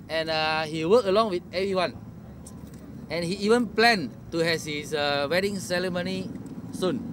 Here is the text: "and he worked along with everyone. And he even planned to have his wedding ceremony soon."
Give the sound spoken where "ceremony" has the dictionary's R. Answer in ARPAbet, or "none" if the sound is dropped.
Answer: L